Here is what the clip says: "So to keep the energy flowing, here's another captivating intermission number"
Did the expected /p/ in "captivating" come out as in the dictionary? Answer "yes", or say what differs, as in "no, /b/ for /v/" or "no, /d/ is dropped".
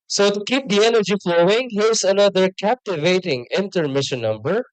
yes